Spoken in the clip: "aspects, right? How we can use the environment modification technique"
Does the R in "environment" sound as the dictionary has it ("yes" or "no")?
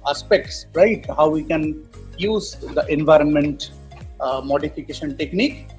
yes